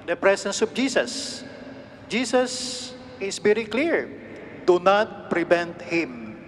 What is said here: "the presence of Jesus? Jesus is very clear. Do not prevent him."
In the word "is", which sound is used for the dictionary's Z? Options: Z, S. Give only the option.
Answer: S